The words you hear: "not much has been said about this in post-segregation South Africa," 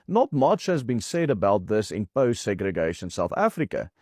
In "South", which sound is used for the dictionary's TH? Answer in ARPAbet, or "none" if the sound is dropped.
TH